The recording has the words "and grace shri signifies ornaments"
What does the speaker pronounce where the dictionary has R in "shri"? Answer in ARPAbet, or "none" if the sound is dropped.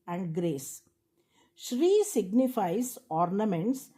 R